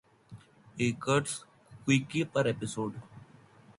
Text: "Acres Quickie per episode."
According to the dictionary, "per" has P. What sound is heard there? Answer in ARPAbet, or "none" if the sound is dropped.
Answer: P